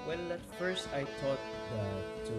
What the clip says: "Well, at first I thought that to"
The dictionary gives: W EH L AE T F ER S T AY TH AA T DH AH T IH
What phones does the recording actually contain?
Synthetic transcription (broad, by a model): W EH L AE T F ER S T AY T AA T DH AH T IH